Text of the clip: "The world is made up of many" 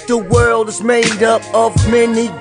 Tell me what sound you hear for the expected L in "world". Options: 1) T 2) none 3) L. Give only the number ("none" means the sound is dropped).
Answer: 3